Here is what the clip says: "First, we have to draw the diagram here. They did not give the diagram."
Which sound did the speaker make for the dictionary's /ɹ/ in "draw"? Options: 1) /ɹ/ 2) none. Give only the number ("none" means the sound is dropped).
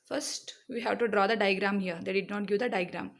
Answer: 1